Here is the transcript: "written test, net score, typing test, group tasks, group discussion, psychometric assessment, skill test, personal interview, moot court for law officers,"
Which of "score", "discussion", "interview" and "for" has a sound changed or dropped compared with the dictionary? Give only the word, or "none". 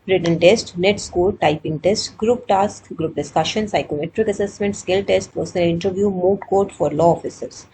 score